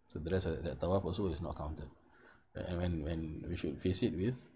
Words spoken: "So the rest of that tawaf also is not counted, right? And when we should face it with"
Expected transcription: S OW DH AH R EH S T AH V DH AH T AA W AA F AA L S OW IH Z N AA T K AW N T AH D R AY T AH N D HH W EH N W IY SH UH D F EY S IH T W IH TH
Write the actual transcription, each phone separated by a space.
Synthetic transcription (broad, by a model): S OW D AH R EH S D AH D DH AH T AA W AA F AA S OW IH S N AA T K AW N T AH D R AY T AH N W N W EH N W IY SH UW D F EY S IH T W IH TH